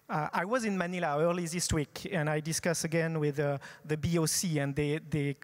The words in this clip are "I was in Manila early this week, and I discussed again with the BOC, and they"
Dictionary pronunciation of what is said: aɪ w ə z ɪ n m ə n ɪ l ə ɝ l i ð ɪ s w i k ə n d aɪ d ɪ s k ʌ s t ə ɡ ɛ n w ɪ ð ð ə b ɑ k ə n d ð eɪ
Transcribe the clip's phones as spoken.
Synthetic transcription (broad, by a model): aɪ w ə z ɪ n m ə n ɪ l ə ɝ l i ð ɪ s w i k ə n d aɪ d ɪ s k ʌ s ə ɡ ɛ n w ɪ ð ð ə b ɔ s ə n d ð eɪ